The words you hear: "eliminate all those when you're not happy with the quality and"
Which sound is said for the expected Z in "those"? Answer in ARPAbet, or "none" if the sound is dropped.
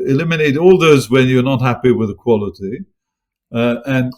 Z